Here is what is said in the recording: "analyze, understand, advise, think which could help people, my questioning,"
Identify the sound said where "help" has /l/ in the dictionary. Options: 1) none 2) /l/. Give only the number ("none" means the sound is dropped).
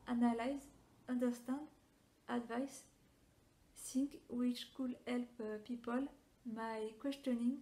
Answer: 2